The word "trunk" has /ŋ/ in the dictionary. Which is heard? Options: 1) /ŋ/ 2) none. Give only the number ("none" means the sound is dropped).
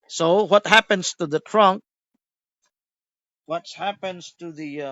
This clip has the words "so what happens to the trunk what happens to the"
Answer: 1